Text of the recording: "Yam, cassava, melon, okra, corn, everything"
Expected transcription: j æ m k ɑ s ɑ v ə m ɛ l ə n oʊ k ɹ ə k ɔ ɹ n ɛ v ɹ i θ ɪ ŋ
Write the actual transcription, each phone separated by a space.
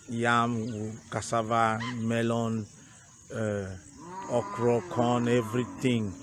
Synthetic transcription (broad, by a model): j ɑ m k ɑ s ɑ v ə m ɛ l ə n oʊ k ɹ ə k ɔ n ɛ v ɹ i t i ŋ